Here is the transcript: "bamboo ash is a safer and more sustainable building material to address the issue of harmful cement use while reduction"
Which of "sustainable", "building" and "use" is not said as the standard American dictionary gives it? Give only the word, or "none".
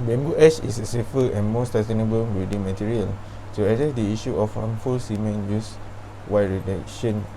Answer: building